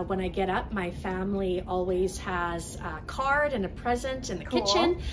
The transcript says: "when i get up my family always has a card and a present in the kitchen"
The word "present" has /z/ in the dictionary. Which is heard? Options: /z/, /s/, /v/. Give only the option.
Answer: /z/